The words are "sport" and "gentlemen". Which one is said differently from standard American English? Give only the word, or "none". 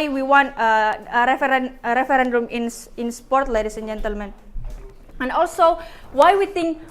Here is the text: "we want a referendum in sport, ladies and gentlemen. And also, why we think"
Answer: none